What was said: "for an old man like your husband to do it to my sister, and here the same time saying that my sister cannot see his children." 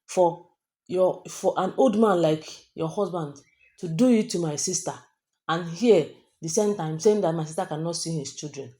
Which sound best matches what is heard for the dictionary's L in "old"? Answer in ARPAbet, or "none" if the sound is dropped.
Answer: L